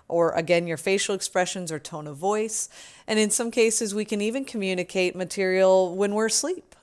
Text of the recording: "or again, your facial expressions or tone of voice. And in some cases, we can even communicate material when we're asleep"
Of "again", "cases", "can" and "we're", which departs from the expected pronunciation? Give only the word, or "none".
none